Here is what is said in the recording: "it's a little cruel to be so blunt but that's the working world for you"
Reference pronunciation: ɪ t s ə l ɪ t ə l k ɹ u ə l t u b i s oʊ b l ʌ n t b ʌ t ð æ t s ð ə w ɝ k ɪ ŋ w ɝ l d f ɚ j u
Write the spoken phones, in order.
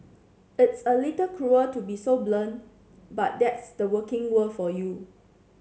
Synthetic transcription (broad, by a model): ɪ t s ə l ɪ t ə k ɹ u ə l t u b i s oʊ b l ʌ n b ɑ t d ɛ t s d ə w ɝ k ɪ ŋ w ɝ d f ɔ j u